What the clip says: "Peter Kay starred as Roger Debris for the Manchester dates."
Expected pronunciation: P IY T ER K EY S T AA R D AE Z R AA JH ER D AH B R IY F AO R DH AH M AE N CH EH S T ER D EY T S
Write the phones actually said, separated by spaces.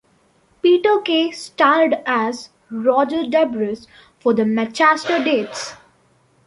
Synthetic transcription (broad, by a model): P IY T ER K EY S T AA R D AE Z R AA JH ER D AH B R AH F AO R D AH M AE CH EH S T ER D EY T S